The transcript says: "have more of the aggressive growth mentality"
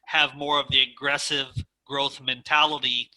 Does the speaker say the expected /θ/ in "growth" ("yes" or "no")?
yes